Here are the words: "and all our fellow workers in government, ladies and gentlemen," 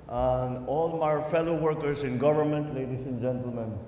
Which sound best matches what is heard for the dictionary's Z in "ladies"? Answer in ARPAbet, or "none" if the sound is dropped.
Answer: S